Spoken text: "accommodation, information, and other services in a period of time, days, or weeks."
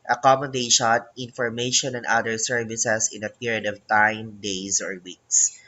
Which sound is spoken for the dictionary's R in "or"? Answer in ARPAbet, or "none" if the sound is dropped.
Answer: R